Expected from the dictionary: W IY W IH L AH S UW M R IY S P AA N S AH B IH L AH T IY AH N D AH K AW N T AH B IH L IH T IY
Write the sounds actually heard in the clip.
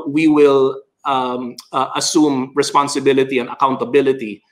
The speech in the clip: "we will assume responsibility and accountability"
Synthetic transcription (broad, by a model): W IY W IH L AH S UW M R IY S P AA N S AH B IH L AH T IY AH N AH K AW N T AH B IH L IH T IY